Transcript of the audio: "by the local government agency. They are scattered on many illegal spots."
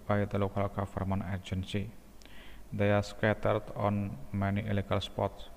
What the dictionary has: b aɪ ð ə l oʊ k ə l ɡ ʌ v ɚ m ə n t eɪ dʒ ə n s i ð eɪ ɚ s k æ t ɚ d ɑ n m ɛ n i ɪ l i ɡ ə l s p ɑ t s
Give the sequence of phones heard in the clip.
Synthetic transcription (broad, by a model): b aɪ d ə l oʊ k ə l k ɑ f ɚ m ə n eɪ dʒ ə n s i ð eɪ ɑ s k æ t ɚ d ɑ n m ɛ n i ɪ l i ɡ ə l s p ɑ t s